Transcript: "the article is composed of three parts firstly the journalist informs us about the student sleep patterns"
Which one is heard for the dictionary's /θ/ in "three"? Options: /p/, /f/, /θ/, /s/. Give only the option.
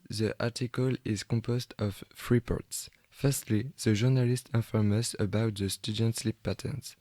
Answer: /f/